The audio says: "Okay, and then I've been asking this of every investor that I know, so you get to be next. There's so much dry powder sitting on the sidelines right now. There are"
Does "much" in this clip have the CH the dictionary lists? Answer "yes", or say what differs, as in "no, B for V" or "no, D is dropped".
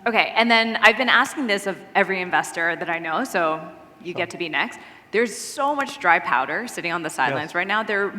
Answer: yes